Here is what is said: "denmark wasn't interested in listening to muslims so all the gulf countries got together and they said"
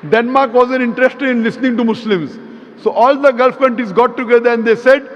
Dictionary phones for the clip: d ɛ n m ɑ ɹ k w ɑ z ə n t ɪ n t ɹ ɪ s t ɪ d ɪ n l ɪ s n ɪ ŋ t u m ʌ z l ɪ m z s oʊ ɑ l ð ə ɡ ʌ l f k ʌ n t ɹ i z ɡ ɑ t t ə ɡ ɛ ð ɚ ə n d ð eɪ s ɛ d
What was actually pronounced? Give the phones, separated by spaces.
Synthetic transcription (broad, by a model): d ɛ n m ɑ ɹ k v ɑ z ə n ɪ n t ɹ ɪ s t ɪ d ɪ n l ɪ s n ɪ ŋ t u m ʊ s l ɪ m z s oʊ ɑ l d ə ɡ ʌ l f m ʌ n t i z ɡ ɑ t t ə ɡ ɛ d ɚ ə n d eɪ s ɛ d